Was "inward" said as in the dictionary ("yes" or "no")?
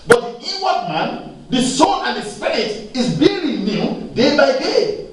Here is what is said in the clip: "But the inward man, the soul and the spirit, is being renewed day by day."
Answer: no